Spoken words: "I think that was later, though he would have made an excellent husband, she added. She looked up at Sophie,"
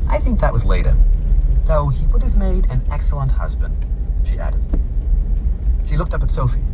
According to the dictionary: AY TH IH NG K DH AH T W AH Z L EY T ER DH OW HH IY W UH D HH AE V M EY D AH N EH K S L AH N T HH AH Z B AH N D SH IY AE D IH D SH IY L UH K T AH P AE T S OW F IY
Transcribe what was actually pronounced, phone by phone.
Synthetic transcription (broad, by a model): AY TH IH NG K DH AH T W AH Z L EY T ER DH OW IY W UH D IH V M EY D AH N EH K S L AH N T HH AH Z B AH N D SH IY AE D IH D SH IY L UH K T AH P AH T S OW F IY